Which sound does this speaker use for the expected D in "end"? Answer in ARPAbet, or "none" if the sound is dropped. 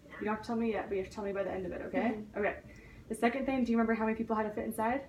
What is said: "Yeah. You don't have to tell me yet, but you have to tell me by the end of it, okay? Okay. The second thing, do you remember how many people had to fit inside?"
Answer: D